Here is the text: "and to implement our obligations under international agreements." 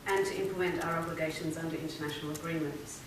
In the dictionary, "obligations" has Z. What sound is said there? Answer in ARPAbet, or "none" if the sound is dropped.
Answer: Z